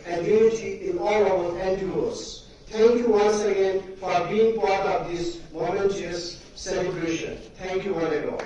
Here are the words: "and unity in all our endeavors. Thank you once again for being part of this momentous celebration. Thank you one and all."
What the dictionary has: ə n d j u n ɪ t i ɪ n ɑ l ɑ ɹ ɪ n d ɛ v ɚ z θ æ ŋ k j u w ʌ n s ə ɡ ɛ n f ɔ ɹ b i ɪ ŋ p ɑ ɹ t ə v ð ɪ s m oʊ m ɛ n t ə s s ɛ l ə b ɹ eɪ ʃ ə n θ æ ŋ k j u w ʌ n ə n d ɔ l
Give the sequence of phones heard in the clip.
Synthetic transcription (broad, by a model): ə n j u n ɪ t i ɪ n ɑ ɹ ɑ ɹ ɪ n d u ɚ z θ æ ŋ k j u w ʌ n s ə ɡ ɛ n f ɔ ɹ b i ɪ ŋ p ɑ ɹ t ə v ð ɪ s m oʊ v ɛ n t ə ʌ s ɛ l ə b ɹ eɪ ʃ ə n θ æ ŋ k j u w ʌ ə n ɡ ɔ